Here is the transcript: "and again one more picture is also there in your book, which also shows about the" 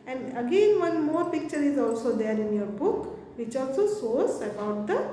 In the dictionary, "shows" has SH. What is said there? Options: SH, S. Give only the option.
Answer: S